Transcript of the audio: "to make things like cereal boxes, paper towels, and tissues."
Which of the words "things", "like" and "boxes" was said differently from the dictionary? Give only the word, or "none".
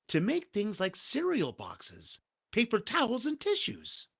none